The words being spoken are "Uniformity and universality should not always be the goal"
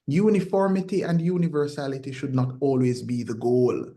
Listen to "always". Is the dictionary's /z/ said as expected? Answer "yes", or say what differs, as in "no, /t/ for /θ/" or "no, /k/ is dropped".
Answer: yes